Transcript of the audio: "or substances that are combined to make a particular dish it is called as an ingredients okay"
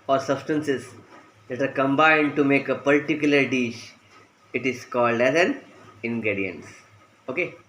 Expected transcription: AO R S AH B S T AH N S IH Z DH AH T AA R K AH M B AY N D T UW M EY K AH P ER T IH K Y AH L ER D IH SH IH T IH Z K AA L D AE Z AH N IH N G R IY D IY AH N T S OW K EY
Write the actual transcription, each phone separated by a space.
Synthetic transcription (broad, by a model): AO R S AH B S T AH N S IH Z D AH T AA R K AH M B AY N D T UW M EY K AH P ER T IH K Y AH L ER D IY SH IH T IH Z K AA L D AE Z AH N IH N G R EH D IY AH N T S OW K EY